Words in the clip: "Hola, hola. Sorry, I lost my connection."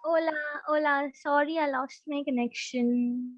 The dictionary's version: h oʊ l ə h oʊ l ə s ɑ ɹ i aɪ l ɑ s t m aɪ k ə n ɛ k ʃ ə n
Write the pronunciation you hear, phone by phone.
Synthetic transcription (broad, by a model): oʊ l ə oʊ l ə s ɑ ɹ i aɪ l ɑ s t m aɪ k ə n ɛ k ʃ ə n